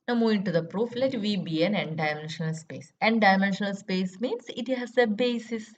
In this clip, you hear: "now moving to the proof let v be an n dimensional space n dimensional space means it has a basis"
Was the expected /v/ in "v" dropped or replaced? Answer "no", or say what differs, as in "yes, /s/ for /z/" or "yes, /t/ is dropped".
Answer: no